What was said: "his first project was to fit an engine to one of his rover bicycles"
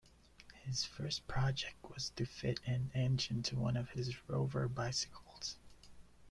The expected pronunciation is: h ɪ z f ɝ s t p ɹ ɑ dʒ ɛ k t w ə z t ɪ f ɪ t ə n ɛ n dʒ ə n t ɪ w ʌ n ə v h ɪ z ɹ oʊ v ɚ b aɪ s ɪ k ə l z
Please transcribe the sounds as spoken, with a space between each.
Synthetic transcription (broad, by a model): h ɪ z f ɝ s p ɹ ɑ dʒ ɛ k t w ə z t ɪ f ɪ t ə n ɛ n dʒ ə n t ɪ w ʌ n ə v ɪ z ɹ oʊ v ɚ b aɪ s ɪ k l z